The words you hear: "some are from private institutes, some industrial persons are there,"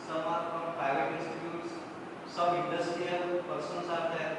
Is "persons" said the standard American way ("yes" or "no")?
no